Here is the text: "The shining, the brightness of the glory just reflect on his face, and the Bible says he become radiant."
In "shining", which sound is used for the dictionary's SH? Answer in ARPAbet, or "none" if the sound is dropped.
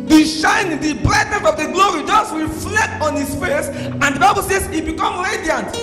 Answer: SH